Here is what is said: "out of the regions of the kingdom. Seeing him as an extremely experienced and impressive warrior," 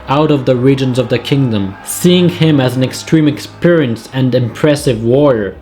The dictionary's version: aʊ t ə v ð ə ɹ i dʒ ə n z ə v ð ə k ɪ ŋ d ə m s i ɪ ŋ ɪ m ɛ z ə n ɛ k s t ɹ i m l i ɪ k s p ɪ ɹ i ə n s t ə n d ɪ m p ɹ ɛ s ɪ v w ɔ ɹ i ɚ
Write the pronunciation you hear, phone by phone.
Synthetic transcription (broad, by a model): aʊ t ə v ð ə ɹ i dʒ ə n z ə v ð ə k ɪ ŋ d ə m s i ɪ ŋ ɪ m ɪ z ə n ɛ k s t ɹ i m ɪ k s p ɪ ɹ i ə n s ə n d ɪ m p ɹ ɛ s ɪ v w ɔ ɹ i ɚ